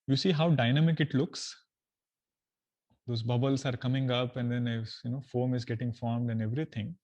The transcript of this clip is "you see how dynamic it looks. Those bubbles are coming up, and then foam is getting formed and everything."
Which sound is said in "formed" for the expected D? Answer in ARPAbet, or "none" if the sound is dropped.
D